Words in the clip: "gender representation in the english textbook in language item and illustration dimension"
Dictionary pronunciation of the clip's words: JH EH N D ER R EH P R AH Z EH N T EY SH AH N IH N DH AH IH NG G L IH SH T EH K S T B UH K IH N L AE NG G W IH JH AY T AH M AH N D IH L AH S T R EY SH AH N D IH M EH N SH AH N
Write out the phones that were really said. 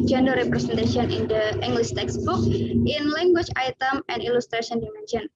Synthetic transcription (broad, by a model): JH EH N D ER R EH P R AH S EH N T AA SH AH N IH N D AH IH NG G L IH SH T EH K S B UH K IH N L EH NG G W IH CH AY T AH M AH N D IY L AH S T R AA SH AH N D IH M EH N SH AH N